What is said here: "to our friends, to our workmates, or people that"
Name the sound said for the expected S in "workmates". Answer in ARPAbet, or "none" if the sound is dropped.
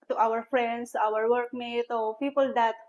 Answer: none